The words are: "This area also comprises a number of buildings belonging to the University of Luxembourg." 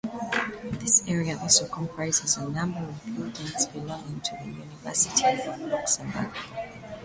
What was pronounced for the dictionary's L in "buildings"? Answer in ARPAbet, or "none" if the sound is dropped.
none